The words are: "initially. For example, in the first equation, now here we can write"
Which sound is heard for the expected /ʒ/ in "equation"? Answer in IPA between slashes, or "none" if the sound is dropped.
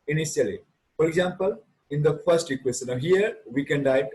/s/